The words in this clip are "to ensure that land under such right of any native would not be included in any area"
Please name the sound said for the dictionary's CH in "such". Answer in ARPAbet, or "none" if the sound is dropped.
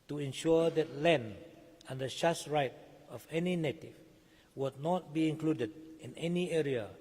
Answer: S